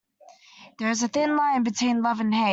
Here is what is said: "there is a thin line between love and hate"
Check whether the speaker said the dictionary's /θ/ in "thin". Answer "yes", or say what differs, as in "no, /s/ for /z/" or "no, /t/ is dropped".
yes